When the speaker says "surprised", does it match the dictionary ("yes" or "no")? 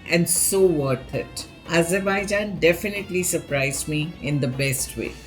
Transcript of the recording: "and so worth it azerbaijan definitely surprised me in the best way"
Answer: yes